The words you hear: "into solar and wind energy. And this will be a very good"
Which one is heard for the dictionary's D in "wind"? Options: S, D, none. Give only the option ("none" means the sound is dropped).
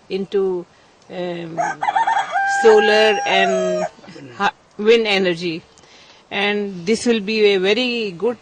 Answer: none